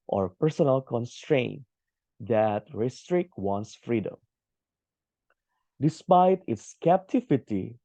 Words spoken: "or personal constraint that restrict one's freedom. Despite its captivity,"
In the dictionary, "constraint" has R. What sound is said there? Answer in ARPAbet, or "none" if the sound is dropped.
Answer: R